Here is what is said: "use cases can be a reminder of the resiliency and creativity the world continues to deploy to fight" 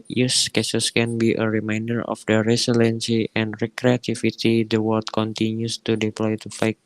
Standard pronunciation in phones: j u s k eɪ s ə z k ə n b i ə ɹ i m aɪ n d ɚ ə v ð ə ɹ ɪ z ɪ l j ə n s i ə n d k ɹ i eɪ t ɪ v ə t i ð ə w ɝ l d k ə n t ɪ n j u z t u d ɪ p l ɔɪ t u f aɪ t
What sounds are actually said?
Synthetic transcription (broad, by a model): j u s k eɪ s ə s k ə n b i ə ɹ i m aɪ n d ɚ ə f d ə ɹ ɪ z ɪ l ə n s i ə n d k ɹ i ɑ t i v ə t i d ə w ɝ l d k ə n t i n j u s t u d ɪ p l ɔɪ t u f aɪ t